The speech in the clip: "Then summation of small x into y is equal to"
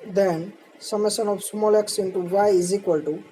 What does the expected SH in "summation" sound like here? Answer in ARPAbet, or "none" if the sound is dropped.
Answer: S